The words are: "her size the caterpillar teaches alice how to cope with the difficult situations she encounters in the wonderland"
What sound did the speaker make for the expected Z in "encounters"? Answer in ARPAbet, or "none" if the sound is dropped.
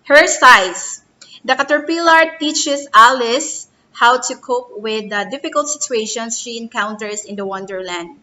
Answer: S